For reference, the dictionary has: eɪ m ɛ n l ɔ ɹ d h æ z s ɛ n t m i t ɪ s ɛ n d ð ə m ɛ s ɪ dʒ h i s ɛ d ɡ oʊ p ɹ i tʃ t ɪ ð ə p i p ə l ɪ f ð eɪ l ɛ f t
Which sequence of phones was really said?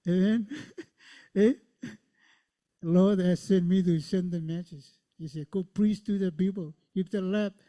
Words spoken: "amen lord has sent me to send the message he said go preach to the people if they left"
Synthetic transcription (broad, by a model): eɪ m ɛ n l ɔ ɹ d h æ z s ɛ n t m i t ɪ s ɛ n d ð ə m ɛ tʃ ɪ z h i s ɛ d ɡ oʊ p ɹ i s t ɪ ð ə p i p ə l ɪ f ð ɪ l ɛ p